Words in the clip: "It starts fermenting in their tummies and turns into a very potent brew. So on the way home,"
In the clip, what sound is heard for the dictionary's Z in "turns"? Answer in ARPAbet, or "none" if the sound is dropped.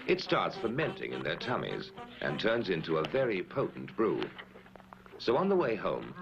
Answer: Z